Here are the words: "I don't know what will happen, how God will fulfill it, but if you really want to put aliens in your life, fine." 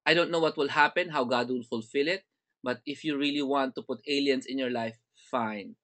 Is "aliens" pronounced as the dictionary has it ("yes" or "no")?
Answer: no